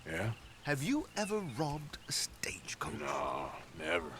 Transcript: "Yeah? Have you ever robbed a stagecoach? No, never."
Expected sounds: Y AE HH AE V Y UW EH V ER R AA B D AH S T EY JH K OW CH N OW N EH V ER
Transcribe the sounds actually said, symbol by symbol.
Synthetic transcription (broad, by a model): Y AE HH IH V Y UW EH V ER R AA B D AH S T EY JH K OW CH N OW N EH V ER